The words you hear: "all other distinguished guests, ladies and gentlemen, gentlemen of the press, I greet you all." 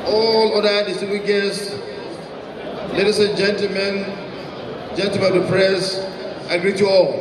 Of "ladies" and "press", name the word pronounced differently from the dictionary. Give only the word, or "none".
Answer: ladies